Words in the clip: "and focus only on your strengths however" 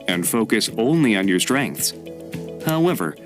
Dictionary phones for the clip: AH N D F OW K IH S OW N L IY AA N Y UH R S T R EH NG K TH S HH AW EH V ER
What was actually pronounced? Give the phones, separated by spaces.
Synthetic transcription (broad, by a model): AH N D F OW K IH S OW N L IY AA N Y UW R S T R EH NG K TH S HH AW EH V ER